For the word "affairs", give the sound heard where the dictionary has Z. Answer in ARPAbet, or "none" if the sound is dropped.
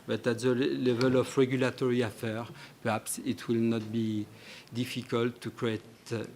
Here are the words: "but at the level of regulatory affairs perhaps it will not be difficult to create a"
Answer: none